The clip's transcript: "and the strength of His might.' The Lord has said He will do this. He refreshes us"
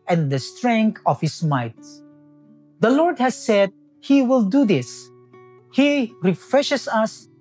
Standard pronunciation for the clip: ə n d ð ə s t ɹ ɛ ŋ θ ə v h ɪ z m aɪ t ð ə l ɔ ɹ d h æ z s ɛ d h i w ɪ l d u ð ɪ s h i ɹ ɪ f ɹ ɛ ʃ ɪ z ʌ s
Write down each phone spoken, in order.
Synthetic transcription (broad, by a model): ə n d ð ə s t ɹ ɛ ŋ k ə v h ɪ s m aɪ t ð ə l ɔ ɹ d h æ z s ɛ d h i w ɪ l d u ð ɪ s h i ɹ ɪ f ɹ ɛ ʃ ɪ s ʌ s